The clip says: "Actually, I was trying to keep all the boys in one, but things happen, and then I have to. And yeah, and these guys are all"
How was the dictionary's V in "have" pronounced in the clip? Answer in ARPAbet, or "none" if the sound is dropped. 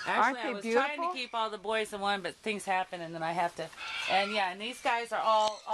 F